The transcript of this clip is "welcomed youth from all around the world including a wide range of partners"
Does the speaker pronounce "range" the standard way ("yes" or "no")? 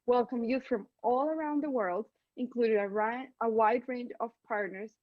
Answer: yes